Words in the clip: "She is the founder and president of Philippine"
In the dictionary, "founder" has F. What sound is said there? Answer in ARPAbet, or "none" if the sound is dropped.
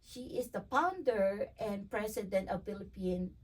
P